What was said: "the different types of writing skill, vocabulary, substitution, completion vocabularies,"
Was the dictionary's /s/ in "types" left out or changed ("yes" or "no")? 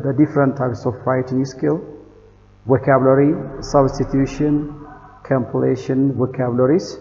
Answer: no